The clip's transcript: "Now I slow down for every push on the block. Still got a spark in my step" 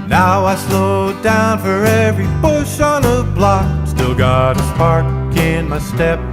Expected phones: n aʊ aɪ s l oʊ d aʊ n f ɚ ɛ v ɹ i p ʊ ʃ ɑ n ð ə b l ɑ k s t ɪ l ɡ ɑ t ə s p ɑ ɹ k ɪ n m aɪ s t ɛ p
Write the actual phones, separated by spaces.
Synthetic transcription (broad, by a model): n aʊ aɪ s l oʊ d aʊ n f ɚ ɛ v ɹ i b ʊ ʃ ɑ n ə b l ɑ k s t ɪ l ɡ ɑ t ə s p ɑ ɹ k ɪ n m aɪ s t ɛ p